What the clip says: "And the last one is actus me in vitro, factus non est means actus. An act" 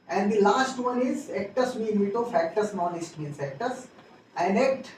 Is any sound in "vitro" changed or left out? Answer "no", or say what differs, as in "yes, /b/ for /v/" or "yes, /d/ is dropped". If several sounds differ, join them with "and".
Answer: yes, /ɹ/ is dropped